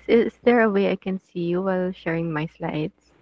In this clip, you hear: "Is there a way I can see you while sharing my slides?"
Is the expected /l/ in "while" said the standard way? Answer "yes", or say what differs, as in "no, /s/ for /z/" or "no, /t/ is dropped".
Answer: yes